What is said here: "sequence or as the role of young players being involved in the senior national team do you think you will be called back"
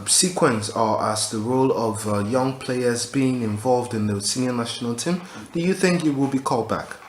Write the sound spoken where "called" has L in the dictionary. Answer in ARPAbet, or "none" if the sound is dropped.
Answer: L